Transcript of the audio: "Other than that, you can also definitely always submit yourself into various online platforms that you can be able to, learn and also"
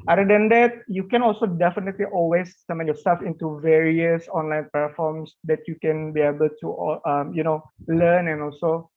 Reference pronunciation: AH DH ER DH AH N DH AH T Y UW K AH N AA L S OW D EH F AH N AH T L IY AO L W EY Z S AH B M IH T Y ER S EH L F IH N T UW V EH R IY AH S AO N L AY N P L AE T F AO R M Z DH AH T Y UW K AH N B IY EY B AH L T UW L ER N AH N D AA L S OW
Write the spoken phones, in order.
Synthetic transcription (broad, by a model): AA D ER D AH N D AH T Y UW K AH N AA L S OW D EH F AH N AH T L IY AO L W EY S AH M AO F Y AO S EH L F IH N T UW V EH R IY AH S AO N L AY N P EH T F AO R M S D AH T Y UW K AH N B IY EY B AH L T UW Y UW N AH N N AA L S OW